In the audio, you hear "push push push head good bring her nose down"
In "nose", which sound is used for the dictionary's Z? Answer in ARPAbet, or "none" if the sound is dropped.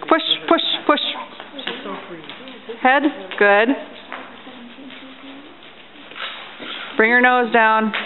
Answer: Z